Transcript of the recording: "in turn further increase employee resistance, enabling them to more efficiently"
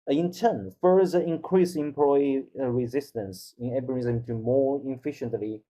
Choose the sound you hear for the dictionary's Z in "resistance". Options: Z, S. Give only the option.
Z